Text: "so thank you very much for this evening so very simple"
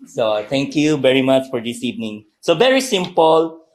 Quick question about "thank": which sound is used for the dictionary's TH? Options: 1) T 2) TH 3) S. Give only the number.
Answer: 1